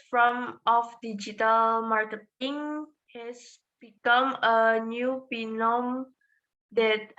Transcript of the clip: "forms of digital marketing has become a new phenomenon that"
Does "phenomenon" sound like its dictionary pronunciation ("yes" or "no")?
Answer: no